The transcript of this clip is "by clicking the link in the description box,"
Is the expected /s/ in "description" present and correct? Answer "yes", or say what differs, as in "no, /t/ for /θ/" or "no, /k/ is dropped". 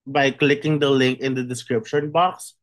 yes